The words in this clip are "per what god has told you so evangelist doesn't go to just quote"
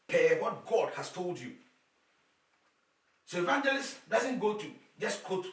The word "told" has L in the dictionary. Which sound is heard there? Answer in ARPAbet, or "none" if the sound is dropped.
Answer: L